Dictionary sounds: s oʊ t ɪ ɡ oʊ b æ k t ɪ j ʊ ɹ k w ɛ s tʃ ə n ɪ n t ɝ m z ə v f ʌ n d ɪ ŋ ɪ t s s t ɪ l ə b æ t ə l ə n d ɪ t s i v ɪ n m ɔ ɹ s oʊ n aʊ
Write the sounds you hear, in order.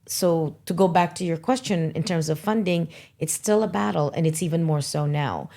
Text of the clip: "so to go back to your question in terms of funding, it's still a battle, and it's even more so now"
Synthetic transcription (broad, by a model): s oʊ t ɪ ɡ oʊ b æ k t ɪ j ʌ ɹ k w ɛ s tʃ ə n ɪ n t ɝ m z ə v f ʌ n d ɪ ŋ ɪ t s s t ɪ l ə b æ t l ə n ɪ t s i v ɪ n m ɔ ɹ s oʊ n aʊ